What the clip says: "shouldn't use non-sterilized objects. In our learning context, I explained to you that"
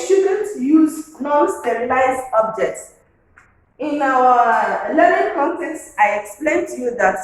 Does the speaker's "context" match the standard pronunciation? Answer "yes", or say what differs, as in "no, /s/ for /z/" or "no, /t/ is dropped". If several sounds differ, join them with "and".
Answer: yes